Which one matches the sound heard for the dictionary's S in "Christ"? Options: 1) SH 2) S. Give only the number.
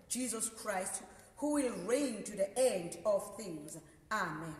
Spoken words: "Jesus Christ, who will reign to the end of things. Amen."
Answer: 2